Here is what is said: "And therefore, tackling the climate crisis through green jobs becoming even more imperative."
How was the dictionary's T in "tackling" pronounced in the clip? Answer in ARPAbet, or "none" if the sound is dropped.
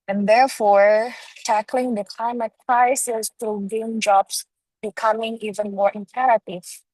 T